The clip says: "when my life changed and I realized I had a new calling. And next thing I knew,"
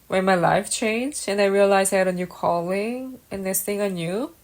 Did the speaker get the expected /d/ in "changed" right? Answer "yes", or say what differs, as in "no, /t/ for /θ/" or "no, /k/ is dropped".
no, /d/ is dropped